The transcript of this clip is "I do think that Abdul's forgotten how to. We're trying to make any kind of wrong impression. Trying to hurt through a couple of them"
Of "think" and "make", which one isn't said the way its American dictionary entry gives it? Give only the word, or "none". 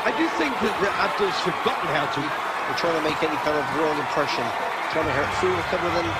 none